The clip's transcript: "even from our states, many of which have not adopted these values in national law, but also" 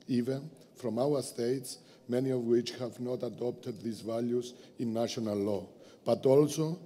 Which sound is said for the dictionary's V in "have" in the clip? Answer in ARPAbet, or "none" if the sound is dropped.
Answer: V